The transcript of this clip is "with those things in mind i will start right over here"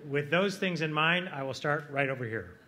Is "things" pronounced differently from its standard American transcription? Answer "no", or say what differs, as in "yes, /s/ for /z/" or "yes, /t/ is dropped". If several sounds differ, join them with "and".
no